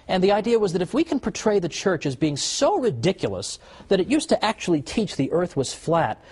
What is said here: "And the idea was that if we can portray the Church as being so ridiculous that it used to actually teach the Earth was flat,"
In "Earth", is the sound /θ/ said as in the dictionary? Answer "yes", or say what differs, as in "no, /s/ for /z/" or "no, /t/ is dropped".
yes